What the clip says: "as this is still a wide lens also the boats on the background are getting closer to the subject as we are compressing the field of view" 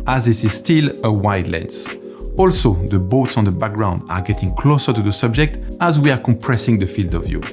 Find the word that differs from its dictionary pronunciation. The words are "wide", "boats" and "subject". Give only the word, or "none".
none